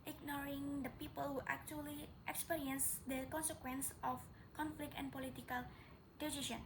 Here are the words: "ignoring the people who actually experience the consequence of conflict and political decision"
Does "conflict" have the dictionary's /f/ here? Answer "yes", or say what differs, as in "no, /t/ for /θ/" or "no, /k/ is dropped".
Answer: yes